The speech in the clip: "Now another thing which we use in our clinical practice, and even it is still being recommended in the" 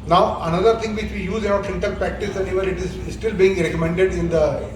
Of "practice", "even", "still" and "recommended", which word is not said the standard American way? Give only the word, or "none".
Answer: even